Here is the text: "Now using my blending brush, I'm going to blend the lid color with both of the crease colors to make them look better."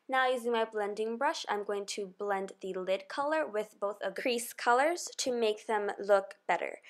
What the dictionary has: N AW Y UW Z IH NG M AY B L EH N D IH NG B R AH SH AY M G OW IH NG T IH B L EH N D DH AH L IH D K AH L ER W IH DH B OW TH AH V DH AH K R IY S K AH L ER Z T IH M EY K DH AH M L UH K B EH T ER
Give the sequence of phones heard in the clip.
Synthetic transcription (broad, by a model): N AW Y UW Z IH NG M AY B L EH N D IH NG B R AH SH AY M G OW IH NG T IH B L EH N D DH AH L IH D K AH L ER W IH DH B OW TH AH V K R IY S K AH L ER Z T IH M EY K DH AH M L UH K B EH T ER